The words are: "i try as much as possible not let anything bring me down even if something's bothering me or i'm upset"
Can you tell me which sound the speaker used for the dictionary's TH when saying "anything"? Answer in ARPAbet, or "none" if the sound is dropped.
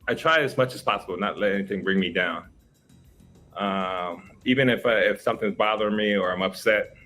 TH